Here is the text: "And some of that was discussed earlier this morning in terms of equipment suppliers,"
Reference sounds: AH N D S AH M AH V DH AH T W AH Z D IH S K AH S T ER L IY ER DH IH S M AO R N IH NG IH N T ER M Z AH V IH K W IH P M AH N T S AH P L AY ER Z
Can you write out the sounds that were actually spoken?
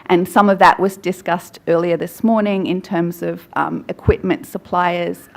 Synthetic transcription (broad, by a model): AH N S AH M AH V DH AH T W AH Z D IH S K AH S T ER L IY ER DH IH S M AO R N IH NG IH N T ER M Z AH V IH K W IH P M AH N T S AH P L AY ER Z